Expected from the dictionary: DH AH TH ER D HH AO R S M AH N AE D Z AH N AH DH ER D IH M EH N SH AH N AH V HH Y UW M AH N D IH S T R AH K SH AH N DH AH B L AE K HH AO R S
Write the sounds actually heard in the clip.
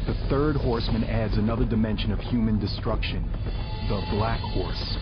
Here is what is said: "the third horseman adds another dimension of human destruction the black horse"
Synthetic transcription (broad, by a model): DH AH TH ER D HH AO R S M AH N AE D Z AH N AH DH ER D IH M EH N SH AH N AH V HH Y UW M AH N D IH S T R AH K SH AH N DH AH B L AE K HH AO R S